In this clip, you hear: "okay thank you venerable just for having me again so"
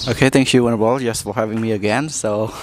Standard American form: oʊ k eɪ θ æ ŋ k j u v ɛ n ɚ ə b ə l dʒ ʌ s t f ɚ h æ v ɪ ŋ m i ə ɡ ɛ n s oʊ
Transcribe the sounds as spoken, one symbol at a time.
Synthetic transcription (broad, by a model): oʊ k eɪ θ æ ŋ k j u w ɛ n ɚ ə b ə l dʒ ʌ s t f ɚ h æ v ɪ ŋ m i ə ɡ ɛ n s oʊ